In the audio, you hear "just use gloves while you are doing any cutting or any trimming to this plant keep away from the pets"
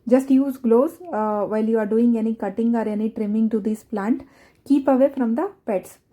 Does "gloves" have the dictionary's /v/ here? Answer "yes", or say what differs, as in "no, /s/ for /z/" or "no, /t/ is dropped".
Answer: no, /v/ is dropped